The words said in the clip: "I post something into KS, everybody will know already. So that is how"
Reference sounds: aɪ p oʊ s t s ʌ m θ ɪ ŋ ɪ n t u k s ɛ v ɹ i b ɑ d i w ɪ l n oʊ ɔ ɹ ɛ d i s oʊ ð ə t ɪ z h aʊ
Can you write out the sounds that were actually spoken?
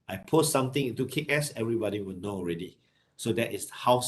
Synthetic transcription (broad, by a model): aɪ p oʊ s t s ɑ m t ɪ ŋ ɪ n t u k s ɛ v ɹ i b ɑ d i w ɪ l n oʊ ɔ ɹ ɛ d i s oʊ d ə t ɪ s h aʊ